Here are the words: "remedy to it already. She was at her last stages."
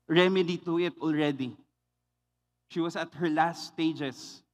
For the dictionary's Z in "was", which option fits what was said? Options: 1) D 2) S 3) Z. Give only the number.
2